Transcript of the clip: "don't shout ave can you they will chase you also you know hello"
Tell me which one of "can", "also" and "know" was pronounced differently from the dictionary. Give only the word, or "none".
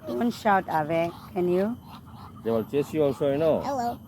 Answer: also